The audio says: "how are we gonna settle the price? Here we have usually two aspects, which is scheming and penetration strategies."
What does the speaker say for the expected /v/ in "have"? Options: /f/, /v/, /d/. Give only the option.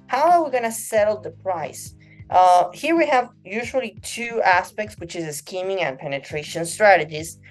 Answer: /v/